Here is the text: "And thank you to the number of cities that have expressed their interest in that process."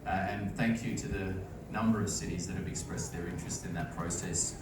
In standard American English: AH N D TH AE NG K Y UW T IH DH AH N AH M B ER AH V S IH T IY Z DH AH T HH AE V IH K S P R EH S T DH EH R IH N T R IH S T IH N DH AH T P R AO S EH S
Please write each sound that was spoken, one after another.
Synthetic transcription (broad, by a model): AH N TH AE NG K Y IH T IH DH AH N AH M B ER AH V S IH T IY Z DH AH T HH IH V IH K S P R EH S DH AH R IH N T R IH S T IH N DH AH T P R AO S EH S